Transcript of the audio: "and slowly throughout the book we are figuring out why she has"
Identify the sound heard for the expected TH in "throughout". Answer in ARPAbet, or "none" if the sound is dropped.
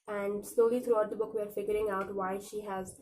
T